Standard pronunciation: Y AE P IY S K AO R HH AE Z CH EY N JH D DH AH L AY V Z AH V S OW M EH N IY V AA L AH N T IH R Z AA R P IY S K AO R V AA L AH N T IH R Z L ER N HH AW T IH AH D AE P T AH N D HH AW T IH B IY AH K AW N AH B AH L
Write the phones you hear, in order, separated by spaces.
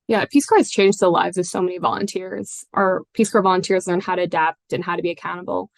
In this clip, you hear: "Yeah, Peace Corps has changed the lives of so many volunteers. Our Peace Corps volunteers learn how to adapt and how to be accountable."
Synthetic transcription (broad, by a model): Y AE P IY S K AO R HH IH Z CH EY N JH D DH AH L AY V Z AH V S OW M EH N IY V AA L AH N T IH R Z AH R P IY S K AO R V AA L AH N T IH R Z L ER N HH AW T IH AH D AE P T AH N HH AW T IH B IY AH K AW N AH B L